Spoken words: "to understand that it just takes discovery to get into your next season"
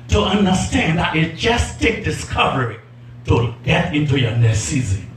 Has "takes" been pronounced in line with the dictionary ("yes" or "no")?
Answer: no